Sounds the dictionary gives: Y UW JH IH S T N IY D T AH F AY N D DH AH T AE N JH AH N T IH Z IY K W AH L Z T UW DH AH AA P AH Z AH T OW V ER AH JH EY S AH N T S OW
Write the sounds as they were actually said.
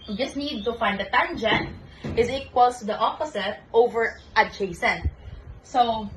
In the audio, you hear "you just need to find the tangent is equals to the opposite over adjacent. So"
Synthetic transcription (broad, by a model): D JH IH S N IY D T AH F AY N D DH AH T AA N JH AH N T IH Z IY K W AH L S T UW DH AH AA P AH S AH T OW V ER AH CH EY S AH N S OW